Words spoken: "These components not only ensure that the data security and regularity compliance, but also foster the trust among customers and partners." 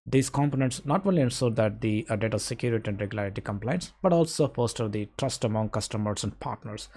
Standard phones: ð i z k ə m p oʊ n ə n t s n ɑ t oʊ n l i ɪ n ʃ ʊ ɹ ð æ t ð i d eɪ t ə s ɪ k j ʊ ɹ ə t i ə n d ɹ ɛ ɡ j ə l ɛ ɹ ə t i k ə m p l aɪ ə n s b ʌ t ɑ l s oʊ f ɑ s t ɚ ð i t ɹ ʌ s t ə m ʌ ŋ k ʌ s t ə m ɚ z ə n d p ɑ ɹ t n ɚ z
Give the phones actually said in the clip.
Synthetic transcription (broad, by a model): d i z k ə m p oʊ n ə n t s n ɑ t oʊ n l i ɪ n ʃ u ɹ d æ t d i d eɪ t ə s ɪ k j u ɹ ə t i ə n d ɹ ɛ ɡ j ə l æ ɹ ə t i k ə m p l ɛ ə n s b ʌ t ɑ l s oʊ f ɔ s t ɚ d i t ɹ ʌ s t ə m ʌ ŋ k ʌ s t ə m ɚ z ə n d p ɑ ɹ t n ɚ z